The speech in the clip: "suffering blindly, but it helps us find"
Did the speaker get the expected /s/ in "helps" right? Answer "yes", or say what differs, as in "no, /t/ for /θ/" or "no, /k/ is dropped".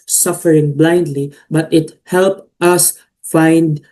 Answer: no, /s/ is dropped